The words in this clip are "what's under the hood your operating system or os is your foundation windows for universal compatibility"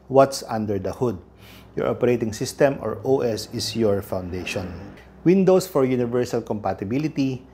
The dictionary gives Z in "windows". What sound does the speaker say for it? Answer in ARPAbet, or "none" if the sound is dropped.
S